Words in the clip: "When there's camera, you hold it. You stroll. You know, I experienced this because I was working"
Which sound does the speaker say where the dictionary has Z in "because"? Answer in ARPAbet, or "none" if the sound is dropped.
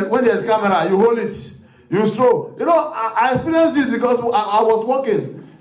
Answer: S